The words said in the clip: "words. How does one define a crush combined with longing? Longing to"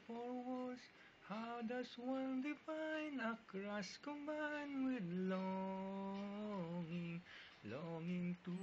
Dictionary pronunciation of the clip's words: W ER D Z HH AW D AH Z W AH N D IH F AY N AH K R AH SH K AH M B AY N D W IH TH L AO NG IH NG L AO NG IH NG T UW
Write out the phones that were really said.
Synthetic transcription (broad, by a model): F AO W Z HH AW D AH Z W AH N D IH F AY N AH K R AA S K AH M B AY N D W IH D L AO NG IH NG L AO NG IH NG T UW